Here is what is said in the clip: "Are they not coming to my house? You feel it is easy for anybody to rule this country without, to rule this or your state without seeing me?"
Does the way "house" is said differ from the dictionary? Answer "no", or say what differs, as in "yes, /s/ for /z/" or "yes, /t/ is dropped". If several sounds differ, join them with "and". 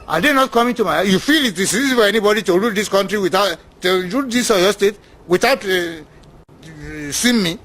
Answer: yes, /s/ is dropped